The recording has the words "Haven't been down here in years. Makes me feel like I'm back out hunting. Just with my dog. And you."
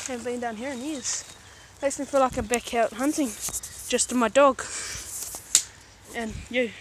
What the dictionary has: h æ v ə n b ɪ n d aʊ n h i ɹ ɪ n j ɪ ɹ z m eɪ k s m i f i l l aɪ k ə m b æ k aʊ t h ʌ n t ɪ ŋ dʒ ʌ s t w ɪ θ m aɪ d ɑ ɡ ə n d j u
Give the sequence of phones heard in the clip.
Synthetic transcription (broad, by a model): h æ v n b ɪ n d aʊ n h i ɹ ɪ n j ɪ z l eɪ s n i f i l l aɪ k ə b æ k aʊ t h ʌ n t ɪ ŋ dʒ ʌ s t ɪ m aɪ d ɑ ɡ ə n j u